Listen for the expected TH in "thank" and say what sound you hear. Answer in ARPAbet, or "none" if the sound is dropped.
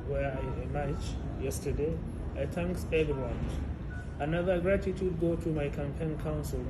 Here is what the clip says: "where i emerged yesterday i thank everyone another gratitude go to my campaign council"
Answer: T